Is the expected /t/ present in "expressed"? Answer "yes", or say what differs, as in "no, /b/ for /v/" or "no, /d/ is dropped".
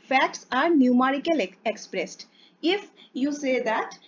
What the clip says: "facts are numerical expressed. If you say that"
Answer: yes